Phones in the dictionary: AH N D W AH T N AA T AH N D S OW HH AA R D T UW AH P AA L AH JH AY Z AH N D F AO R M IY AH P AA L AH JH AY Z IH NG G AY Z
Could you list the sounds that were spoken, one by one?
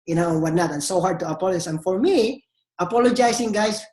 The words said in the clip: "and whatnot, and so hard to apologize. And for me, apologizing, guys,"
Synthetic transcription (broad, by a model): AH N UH W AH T N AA T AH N S OW HH AA R D T UW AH P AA L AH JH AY S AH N F AO R M IY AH P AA L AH JH AY S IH NG G AY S